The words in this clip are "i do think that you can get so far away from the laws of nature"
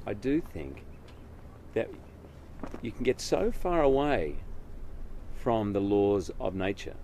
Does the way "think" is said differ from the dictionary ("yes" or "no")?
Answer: no